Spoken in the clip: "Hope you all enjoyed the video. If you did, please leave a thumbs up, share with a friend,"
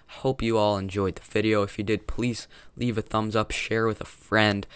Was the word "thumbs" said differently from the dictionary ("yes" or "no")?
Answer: no